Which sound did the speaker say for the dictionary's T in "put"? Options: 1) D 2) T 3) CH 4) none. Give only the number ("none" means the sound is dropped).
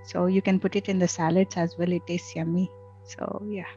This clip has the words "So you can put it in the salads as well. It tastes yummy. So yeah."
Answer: 2